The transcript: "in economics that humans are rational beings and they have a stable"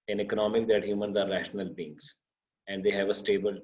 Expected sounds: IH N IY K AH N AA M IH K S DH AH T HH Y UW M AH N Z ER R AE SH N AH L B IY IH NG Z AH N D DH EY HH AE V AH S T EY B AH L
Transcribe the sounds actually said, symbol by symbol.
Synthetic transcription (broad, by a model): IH N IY K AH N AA M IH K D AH T HH Y UW M AH N Z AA R AE SH N AH L B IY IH NG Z AH N D EY HH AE V AH S T EY B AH L